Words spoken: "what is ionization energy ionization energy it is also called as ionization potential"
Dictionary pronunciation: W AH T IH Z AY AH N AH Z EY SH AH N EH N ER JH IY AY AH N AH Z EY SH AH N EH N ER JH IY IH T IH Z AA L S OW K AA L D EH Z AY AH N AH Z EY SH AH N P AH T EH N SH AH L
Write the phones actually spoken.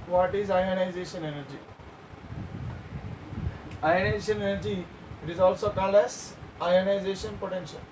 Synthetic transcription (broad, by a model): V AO T IH Z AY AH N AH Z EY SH AH N EH N ER JH IY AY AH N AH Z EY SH AH N EH N ER JH IY IH T IH Z AA L S OW K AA L EH S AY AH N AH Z EY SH AH N P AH T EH N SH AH L